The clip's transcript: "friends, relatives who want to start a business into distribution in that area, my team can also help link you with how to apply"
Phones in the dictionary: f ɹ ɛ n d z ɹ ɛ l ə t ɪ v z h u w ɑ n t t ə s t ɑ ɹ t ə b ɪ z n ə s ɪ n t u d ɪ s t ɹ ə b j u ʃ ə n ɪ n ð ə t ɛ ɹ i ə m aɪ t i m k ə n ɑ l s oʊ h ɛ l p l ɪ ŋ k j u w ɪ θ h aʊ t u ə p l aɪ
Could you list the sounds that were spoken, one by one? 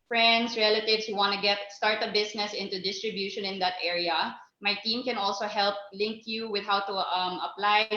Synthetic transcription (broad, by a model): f ɹ ɛ n d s ɹ ɛ l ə t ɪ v s h u w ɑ n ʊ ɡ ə s t ɑ ɹ t ə b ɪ s n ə s ɪ n t u d ɪ s t ɹ ə b j u ʃ ə n ɪ n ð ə t ɛ ɹ i ə m aɪ t i m k ə n ɑ l s oʊ h ɛ l p l ɪ ŋ k j u w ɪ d h aʊ t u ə p l aɪ